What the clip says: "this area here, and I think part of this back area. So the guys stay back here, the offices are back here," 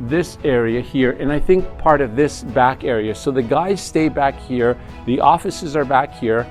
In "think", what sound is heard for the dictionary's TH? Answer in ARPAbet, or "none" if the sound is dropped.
TH